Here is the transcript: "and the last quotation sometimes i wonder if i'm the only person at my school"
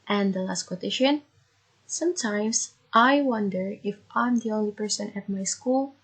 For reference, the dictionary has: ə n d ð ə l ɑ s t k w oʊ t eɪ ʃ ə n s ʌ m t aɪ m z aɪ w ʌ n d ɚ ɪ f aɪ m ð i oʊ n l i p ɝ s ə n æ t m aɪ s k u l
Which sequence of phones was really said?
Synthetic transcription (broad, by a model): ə n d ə l ɑ s t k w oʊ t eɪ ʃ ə n s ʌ m t aɪ m s aɪ w ʌ n d ɚ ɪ f aɪ m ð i oʊ n l i p ɝ s ə n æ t m aɪ s k u l